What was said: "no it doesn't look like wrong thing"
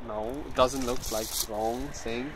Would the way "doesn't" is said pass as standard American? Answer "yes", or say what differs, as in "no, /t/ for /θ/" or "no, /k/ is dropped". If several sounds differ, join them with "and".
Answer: yes